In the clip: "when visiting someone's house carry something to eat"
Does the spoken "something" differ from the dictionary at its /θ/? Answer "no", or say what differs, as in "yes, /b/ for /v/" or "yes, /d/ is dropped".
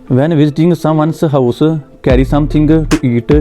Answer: yes, /t/ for /θ/